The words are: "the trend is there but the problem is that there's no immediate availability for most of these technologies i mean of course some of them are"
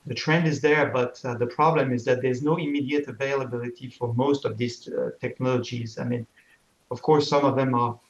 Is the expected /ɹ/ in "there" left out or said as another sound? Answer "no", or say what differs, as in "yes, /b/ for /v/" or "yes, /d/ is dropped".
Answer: no